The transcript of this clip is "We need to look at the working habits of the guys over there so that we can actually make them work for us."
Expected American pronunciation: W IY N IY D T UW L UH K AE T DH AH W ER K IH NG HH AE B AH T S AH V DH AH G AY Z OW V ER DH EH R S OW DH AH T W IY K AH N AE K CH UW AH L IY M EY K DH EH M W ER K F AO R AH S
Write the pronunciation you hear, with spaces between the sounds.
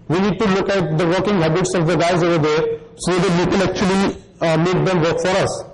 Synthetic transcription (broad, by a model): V IY N IY D T UW L UH K AE T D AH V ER K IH NG HH AE B AH T S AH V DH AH G AY Z OW V ER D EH R S OW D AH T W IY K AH L AE K CH UW AH L IY M EY K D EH M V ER K F AO R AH S